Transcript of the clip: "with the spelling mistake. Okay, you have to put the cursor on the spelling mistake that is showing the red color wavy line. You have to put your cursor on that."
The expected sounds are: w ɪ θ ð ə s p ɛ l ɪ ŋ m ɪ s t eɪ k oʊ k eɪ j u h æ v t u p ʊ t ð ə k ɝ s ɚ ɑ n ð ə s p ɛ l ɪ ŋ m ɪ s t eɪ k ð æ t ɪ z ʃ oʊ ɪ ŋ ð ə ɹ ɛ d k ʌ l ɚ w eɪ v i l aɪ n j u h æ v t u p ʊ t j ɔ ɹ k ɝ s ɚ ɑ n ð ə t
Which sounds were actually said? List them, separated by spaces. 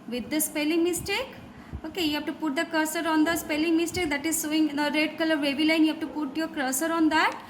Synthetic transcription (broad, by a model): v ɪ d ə s p ɛ l ɪ ŋ m ɪ s t eɪ k oʊ k eɪ j u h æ p t u p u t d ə k ɝ s ɚ ɑ n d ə s p ɛ l ɪ ŋ m ɪ s t eɪ k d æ t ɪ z s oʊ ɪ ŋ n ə ɹ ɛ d k ʌ l ɚ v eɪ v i l aɪ n j u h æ p t u p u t j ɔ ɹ k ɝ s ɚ ɑ n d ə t